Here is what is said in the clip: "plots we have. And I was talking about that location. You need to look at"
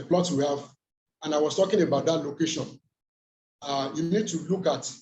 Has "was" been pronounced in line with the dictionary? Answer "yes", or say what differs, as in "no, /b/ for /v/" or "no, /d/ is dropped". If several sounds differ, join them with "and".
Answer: no, /s/ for /z/